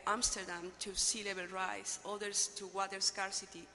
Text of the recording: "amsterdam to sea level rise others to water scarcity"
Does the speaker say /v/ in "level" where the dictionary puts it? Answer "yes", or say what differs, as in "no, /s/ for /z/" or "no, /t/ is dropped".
no, /b/ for /v/